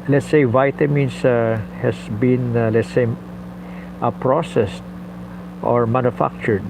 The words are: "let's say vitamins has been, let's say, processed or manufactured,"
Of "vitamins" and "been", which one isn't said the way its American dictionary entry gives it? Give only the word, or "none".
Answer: vitamins